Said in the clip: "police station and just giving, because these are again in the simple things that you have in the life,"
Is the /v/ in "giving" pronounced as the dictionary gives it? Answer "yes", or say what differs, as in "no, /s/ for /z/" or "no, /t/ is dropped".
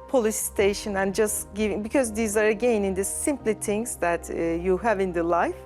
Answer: yes